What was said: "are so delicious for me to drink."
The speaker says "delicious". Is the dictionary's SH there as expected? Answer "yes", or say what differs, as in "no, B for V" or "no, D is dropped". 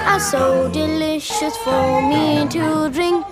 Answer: yes